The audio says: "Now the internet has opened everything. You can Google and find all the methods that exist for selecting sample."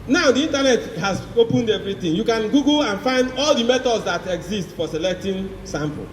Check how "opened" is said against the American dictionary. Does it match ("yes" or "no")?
yes